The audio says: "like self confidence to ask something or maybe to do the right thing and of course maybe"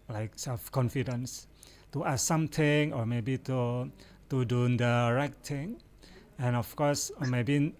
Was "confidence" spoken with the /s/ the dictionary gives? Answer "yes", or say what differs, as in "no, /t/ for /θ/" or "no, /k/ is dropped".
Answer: yes